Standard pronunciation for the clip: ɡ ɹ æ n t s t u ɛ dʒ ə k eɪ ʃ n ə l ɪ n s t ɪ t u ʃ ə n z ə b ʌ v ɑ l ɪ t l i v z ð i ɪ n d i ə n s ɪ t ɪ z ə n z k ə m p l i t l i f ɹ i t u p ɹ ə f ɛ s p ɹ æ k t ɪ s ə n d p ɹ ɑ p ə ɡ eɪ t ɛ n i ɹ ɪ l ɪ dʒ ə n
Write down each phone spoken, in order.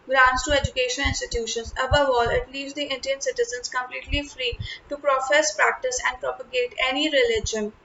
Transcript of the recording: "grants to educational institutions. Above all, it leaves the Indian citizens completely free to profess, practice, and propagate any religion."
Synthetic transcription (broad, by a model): ɡ ɹ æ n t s t u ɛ dʒ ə k eɪ ʃ ə n ɪ n s t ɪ t u ʃ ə n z ə b ʌ v ɑ l ɪ t l i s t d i ɪ n d i ə n s ɪ t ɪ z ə n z k ə m p l i t l i f ɹ i t u p ɹ ə f ɛ s p ɹ æ k t ɪ s ə n d p ɹ ɑ p ə ɡ eɪ t ɛ n i ɹ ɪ l ɪ dʒ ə n